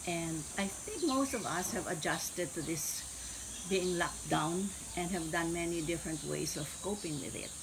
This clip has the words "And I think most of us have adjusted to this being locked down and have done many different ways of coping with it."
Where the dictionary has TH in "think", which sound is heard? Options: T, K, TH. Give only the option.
TH